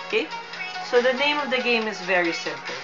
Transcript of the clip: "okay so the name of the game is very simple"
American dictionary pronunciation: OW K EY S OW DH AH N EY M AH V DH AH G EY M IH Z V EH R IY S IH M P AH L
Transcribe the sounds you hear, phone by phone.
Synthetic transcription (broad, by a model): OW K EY S OW DH AH N EY M AH V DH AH G EY M IH Z V EH R IY S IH M P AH L